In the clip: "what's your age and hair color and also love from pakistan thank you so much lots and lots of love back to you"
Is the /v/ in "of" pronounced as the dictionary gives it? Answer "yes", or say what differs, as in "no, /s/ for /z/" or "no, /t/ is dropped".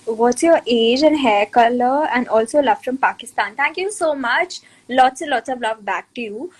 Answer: yes